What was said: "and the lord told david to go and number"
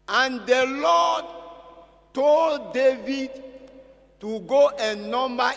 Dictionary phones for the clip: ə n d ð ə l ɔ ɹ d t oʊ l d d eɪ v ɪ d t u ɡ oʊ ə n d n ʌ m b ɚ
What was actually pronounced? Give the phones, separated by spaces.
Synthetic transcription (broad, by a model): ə n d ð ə l ɔ d t oʊ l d d eɪ v ɪ d t u ɡ oʊ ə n n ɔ m b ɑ